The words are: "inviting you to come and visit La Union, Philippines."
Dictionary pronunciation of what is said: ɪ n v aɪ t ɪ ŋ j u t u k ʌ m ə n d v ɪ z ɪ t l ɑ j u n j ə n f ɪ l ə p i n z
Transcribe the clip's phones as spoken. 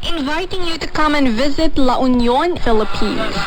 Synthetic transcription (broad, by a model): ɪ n v aɪ t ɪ ŋ j u t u k ʌ m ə n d v ɪ z ɪ t l ɑ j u n j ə n f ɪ l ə p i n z